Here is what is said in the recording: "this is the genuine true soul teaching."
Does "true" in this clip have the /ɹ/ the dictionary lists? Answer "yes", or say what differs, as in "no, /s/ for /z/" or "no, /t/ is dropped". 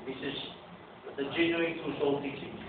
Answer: no, /ɹ/ is dropped